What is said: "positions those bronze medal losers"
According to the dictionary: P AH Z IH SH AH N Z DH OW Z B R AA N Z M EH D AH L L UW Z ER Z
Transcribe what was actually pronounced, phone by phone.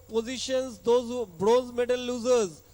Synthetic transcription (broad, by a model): P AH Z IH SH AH N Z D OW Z B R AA Z M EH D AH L L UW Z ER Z